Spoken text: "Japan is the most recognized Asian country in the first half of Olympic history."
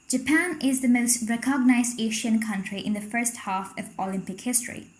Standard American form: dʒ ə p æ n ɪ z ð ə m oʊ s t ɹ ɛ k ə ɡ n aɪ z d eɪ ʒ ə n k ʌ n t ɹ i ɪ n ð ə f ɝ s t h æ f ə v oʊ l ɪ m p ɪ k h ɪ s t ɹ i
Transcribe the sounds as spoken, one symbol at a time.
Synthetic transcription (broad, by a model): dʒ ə p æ n ɪ z ð ə m oʊ s t ɹ ɛ k ə ɡ n aɪ z d eɪ ʃ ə n k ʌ n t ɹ i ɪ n ð ə f ɝ s t h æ f ə v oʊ l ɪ m p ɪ k h ɪ s t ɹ i